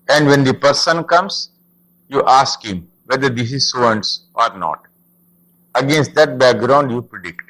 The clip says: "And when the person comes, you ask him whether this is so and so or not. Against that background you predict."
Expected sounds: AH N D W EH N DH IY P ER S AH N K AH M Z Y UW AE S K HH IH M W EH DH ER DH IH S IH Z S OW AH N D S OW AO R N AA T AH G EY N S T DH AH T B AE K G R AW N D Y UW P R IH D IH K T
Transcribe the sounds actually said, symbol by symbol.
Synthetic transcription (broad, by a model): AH N D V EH N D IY P ER S AH N K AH M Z Y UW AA S K HH IH M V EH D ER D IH S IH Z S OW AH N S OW AO R N AA T AH G EY N S T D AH T B AE K G R AW N D Y UW P R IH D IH K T